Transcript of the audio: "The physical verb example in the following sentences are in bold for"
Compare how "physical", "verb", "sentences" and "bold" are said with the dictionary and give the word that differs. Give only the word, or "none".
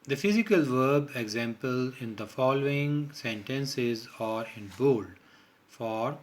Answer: none